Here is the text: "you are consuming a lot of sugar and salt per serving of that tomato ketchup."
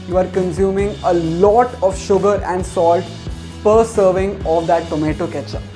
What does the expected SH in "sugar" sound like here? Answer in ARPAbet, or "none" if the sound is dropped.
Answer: SH